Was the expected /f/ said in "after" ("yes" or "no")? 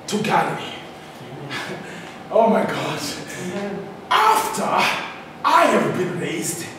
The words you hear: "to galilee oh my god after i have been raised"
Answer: yes